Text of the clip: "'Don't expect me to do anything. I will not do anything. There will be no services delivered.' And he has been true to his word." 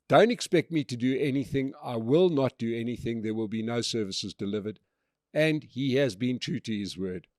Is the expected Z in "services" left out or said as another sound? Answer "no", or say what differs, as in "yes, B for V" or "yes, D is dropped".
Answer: no